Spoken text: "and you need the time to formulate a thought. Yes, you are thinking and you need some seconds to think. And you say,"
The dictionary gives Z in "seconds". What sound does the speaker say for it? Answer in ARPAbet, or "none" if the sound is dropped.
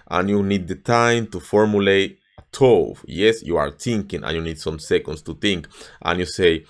S